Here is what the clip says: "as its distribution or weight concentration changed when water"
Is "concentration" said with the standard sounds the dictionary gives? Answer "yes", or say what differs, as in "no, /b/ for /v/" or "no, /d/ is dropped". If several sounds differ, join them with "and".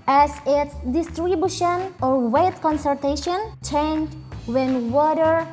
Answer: no, /ɹ/ is dropped